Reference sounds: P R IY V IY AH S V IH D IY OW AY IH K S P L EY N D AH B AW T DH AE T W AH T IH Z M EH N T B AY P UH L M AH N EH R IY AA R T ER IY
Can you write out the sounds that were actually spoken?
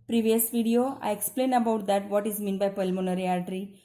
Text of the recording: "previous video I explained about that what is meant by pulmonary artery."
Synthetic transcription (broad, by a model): P R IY V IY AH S V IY D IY OW AY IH K S P L EY N AH B AW T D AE T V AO T IH Z M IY N B AY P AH L M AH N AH R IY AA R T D IY